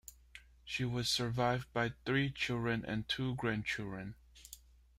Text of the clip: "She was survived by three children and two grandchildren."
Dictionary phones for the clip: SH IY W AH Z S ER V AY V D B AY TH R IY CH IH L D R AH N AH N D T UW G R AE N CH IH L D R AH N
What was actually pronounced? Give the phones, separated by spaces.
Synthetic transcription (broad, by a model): SH IY W AH Z S ER V AY V D B AY TH R IY CH IH L D R AH N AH N T UW G R AE N CH IH L D R AH N